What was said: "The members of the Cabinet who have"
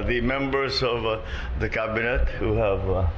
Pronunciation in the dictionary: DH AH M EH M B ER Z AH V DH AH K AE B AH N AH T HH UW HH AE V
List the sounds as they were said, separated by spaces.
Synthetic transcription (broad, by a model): DH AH M EH M B ER Z AH V DH AH K AE B AH N AH T HH UW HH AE V